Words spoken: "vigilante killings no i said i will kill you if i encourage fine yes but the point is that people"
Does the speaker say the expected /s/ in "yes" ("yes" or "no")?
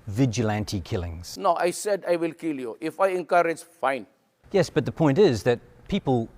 yes